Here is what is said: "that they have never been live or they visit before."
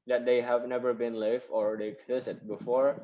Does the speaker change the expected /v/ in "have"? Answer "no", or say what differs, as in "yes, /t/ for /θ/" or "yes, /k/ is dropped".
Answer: no